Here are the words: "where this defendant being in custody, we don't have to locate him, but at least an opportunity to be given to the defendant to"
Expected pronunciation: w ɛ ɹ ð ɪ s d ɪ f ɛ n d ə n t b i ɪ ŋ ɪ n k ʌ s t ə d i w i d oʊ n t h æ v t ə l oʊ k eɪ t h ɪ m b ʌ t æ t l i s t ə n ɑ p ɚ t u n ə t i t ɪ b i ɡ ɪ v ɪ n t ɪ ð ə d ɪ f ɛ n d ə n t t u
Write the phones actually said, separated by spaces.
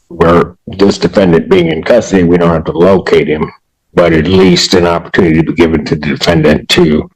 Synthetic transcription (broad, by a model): w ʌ ɹ ð ɪ s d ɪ f ɛ n d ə n b i ɪ ŋ ɪ n k ʌ s t ə d i w i d oʊ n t h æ f t ə l oʊ k eɪ t h ɪ m b ʌ t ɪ t l i s t ə n ɑ p ɚ t u n ə t i t ɪ b i ɡ ɪ v ɪ n t ɪ ð ə d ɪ f ɛ n d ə n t t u